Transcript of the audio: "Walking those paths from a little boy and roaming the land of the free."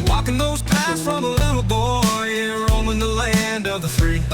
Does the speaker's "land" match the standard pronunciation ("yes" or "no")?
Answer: yes